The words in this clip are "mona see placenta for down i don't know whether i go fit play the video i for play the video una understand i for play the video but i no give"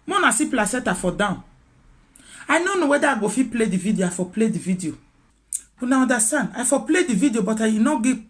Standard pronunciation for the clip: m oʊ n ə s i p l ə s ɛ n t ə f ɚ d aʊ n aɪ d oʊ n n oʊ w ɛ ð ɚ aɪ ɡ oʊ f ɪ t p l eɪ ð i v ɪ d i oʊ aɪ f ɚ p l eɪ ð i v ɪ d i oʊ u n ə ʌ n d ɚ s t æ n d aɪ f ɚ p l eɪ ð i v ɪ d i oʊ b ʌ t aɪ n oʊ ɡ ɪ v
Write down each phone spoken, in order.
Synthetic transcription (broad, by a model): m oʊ n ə s i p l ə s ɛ t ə f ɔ d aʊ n aɪ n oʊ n n oʊ w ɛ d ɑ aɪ ɡ oʊ f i p l eɪ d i v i d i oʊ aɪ f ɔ p l eɪ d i v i d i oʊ u n ə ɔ n d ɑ s t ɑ n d aɪ f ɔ p l eɪ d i v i d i oʊ b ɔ t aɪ n oʊ ɡ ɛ